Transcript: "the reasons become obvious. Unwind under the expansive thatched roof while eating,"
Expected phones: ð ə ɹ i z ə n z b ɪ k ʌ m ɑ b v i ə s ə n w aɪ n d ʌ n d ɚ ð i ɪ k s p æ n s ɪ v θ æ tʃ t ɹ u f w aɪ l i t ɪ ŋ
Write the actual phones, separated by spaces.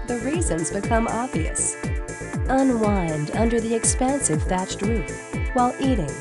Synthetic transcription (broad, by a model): ð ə ɹ i z ə n z b ɪ k ʌ m ɑ b v i ə s ə n w aɪ n d ʌ n d ɚ ð i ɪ k s p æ n s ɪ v f æ tʃ t ɹ u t w aɪ l i t ɪ ŋ